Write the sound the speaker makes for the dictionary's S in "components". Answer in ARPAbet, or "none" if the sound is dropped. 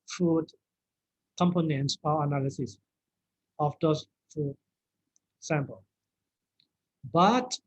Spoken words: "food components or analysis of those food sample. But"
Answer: S